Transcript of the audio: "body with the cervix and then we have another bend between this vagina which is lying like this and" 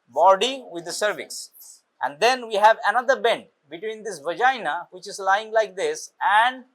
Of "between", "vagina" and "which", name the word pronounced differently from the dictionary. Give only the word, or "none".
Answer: none